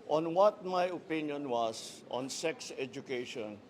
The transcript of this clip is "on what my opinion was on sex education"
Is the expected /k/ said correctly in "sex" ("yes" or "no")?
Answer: yes